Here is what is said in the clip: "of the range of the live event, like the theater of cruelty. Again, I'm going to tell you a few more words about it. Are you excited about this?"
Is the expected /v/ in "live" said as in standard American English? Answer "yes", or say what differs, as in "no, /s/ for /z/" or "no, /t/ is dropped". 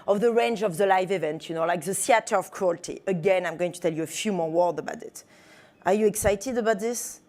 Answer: yes